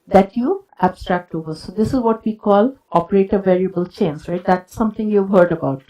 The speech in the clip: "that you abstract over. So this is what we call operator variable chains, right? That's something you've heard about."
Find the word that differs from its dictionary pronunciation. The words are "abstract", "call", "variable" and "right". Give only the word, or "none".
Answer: none